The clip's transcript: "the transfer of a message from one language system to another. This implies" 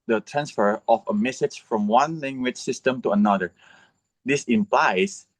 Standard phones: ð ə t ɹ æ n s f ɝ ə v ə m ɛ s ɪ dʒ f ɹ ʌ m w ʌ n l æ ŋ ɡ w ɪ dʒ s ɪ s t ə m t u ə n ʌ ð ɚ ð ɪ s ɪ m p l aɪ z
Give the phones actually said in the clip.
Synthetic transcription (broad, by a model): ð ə t ɹ æ n s f ɝ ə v ə m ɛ s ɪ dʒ f ɹ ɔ m w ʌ n l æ ŋ ɡ w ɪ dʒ s ɪ s t ə m t u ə n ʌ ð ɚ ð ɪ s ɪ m p l aɪ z